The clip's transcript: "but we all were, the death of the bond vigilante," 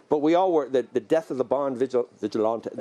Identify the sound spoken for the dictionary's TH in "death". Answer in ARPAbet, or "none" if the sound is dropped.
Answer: TH